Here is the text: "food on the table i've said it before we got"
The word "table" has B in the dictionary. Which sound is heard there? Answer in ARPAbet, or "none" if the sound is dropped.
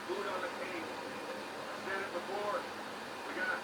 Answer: none